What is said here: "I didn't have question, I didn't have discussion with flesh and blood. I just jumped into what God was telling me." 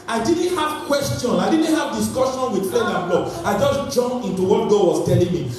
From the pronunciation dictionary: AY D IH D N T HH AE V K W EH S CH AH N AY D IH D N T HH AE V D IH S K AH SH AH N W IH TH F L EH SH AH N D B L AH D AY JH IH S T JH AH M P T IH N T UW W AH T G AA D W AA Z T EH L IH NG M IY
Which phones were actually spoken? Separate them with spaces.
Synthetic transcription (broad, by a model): AY D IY D N T HH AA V K W EH S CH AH N AY D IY D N T HH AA V D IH S K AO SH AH N W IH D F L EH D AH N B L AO AY JH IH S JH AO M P IH N T UW W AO T G AA D W AA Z T EH L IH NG M IY